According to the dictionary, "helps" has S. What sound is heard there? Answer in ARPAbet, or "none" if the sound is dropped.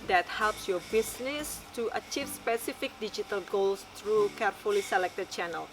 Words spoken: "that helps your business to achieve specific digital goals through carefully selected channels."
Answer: S